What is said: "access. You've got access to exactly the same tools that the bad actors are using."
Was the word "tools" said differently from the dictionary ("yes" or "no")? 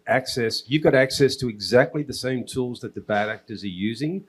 no